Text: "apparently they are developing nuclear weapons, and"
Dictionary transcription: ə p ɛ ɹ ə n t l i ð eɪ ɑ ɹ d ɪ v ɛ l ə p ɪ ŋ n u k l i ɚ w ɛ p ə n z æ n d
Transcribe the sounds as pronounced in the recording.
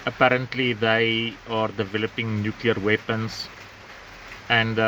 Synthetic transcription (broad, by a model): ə p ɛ ɹ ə n t l i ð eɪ ɑ ɹ d ɪ v ɛ l ə p ɪ ŋ n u k l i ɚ w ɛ p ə n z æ n d